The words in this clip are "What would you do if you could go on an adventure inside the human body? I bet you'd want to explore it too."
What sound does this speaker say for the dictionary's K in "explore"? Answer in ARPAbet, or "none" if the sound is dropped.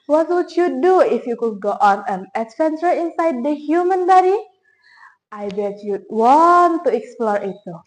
K